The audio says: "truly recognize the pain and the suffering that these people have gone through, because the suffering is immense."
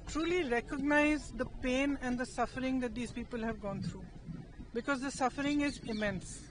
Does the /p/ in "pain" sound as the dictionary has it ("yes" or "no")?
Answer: yes